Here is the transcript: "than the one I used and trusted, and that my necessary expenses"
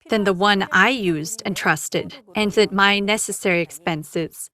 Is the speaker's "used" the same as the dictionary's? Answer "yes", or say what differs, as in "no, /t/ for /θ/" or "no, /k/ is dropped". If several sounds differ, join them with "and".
yes